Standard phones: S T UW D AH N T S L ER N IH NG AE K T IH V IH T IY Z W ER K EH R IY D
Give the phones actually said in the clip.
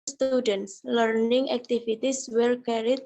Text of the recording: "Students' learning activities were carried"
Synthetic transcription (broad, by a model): S T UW D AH N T S L ER N IH NG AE K T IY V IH T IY S W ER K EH R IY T